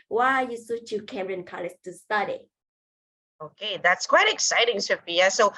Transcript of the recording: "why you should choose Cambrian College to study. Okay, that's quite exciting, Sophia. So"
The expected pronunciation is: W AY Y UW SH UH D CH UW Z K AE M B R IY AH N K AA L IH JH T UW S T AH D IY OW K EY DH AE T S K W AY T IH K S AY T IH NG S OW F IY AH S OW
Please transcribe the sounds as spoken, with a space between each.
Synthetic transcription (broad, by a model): W AY Y UW S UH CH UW K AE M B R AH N K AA L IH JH T UW S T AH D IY OW K EY DH AE T S K W AY T IH K S AY T IH NG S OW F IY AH S OW